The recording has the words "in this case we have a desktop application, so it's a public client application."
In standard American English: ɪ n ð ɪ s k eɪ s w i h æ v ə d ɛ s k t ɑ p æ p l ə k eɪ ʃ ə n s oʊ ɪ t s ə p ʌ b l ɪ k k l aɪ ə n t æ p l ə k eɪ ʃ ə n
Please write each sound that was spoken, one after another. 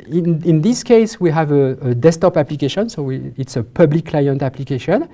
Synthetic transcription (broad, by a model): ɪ n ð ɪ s k eɪ s w i h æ v ə d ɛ s t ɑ p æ p l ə k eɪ ʃ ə n s oʊ ɪ t s ə p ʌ b l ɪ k k l aɪ ə n t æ p l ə k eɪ ʃ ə n